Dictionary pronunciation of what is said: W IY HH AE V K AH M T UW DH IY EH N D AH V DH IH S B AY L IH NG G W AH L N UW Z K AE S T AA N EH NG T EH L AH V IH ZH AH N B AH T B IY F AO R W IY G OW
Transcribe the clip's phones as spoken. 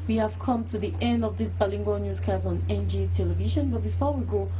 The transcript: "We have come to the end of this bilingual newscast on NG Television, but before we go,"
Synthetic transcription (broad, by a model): W IY HH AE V K AH M T UW DH IY EH N D AH V DH IH S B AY L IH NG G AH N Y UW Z K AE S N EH N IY T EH L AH V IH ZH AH N B AH T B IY F AO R W IY G OW